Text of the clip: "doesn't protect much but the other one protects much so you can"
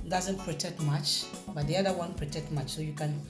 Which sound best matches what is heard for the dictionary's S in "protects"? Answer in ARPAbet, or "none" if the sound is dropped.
none